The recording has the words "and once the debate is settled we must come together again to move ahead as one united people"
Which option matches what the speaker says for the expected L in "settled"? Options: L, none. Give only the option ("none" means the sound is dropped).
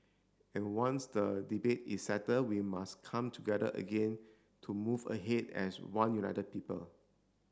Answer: none